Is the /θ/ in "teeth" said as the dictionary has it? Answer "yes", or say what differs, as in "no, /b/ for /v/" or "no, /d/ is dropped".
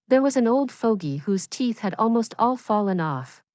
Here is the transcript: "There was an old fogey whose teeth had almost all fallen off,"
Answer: yes